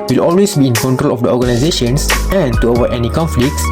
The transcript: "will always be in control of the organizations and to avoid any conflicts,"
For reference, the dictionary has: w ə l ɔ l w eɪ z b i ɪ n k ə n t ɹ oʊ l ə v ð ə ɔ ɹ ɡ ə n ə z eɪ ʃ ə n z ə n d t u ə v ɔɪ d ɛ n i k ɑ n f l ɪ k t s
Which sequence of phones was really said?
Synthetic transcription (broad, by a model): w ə l ɔ l w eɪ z b i ɪ n k ə n t ɹ oʊ l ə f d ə ɔ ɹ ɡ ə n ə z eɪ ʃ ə n s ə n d t u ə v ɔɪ ɛ n i k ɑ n f l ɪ k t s